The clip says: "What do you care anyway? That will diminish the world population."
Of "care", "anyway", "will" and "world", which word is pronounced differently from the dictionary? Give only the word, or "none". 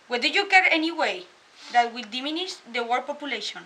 world